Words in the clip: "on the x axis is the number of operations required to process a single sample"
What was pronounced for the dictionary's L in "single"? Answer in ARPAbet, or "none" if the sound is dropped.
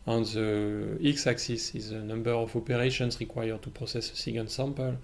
N